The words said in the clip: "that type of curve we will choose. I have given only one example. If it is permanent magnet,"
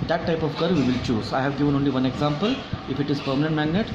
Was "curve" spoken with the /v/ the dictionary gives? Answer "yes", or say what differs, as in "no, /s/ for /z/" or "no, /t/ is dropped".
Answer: yes